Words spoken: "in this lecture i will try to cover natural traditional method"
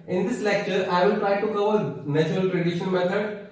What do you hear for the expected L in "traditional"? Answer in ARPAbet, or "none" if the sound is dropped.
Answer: N